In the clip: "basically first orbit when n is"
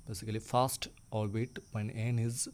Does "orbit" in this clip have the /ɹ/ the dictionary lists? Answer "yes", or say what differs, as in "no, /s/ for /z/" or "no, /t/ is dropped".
no, /l/ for /ɹ/